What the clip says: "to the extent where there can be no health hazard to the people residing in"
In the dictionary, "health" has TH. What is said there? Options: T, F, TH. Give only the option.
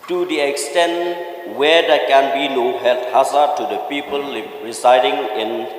T